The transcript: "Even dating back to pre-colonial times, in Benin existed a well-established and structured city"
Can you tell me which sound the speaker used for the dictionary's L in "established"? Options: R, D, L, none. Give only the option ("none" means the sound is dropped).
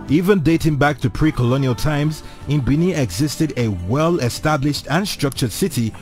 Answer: L